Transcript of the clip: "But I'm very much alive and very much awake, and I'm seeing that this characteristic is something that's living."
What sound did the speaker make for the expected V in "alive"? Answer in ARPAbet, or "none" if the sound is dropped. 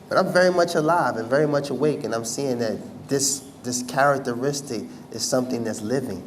V